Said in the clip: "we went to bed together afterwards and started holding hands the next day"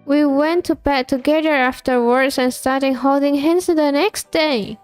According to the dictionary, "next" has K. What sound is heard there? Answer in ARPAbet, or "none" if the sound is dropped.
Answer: K